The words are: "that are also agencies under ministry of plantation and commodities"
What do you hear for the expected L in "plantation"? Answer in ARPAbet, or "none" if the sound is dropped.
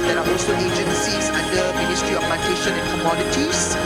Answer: none